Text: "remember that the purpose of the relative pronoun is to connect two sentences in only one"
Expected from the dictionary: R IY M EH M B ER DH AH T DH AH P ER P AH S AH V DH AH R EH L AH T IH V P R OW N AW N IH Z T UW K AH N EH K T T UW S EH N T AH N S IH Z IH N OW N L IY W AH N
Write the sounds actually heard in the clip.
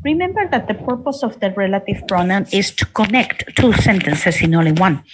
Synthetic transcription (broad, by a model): R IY M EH M B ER DH AH T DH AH P ER P AH S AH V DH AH R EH L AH T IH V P R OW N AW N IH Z T UW K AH N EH K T T UW S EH N T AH N S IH S IH N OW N L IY W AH N